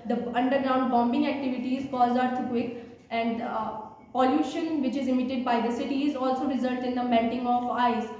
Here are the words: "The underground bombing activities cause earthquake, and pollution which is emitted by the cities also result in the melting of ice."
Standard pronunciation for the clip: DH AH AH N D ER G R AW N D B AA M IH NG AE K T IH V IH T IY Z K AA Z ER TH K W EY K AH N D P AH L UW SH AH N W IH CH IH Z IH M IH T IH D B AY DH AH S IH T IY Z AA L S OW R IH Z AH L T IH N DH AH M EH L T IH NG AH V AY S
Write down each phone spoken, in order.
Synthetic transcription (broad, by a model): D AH AH N D ER G R AW N D B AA M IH NG AE K T IH V IH T IY Z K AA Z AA T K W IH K AH N D P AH L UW SH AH N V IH CH IH Z IH M IH T IH D B AY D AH S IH T IY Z AA L S OW R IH Z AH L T IH N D AH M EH N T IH NG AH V AY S